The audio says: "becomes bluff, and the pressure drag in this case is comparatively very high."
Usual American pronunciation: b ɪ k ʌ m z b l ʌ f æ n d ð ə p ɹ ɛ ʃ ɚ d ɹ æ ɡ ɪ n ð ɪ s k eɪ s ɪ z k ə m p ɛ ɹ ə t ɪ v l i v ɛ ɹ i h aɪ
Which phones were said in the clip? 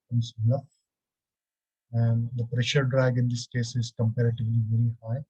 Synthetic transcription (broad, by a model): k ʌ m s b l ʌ æ n d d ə p ɹ ɛ ʃ ɚ d ɹ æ ɡ ɪ n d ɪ s k eɪ s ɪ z k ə m p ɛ ɹ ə t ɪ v l i v ɛ ɹ i h aɪ